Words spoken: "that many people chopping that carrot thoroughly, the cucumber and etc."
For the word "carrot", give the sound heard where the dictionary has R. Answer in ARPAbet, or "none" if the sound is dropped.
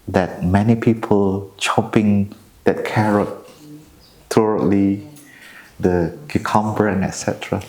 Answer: R